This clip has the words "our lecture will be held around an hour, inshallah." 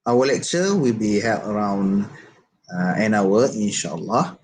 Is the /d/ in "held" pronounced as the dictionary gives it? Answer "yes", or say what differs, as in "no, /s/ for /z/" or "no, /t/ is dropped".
no, /d/ is dropped